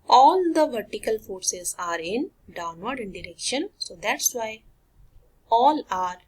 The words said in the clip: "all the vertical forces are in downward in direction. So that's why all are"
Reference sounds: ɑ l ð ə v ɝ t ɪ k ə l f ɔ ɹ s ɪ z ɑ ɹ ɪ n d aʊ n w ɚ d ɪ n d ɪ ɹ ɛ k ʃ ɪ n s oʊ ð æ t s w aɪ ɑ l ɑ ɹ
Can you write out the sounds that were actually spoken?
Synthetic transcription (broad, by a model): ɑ l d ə v ɝ t ɪ k ə l f ɔ ɹ s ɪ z ɑ ɹ ɪ n d aʊ n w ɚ d ɪ n d ɪ ɹ ɛ k ʃ ɪ n s oʊ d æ t s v aɪ ɑ l ɑ ɹ